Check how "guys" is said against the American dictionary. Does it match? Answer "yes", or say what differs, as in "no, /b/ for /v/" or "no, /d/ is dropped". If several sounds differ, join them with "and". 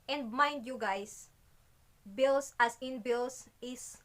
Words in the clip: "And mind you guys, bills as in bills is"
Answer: no, /s/ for /z/